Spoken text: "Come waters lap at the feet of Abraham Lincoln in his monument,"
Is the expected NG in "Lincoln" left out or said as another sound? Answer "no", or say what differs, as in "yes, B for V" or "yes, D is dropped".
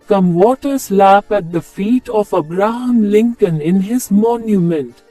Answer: no